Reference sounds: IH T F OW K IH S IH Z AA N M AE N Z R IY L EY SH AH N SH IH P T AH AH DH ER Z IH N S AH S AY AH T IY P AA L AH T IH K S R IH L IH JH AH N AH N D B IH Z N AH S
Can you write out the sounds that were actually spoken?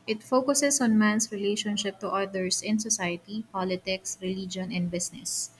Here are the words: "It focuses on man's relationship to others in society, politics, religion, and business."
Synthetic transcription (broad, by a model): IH T F OW K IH S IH S AA N M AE N S R IY L EY SH AH N SH IH P T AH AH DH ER S IH N S AH S AY AH T IY P AA L AH T IH K S R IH L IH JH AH N AH N D B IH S N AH S